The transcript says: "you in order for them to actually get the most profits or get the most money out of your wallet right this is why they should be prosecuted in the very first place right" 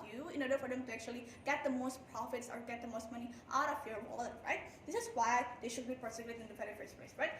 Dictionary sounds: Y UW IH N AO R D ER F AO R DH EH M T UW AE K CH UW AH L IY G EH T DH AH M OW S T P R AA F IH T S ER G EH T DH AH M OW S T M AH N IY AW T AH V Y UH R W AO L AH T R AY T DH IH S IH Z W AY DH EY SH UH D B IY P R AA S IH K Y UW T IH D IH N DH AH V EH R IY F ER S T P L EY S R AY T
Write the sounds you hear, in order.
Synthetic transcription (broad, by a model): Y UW IH N AO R D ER F AO R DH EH M T UW AE K CH UW AH L IY G EH T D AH M OW S T P R AA F IH T S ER G EH T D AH M OW S T M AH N IY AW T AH F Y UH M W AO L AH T R AY T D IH S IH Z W AY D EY SH UH D B IY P AA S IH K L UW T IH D IH N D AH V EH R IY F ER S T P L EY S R AY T